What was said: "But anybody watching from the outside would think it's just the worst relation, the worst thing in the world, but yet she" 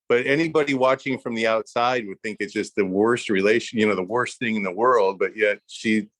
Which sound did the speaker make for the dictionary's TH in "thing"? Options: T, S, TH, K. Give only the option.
TH